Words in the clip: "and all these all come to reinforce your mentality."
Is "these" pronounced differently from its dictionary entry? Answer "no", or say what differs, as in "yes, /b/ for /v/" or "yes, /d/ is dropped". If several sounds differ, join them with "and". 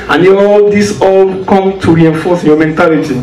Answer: yes, /s/ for /z/